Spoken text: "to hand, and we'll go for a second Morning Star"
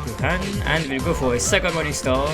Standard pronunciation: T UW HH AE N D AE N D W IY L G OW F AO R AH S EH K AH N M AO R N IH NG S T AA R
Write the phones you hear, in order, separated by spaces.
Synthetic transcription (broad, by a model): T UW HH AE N AE N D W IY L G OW F AO R AH S EH K AH N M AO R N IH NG S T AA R